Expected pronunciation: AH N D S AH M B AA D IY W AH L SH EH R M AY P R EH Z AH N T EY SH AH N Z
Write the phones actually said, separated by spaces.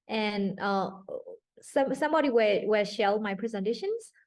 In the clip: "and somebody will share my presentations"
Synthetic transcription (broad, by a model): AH N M S AH M B AA D IY W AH W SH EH L M AY P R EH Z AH N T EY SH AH N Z